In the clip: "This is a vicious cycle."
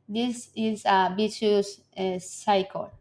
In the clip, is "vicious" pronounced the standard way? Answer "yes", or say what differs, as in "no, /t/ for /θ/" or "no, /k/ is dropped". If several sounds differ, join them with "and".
no, /b/ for /v/